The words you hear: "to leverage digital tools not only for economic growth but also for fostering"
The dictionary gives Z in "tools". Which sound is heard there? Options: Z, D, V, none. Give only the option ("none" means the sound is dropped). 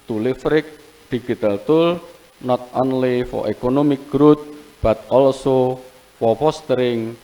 none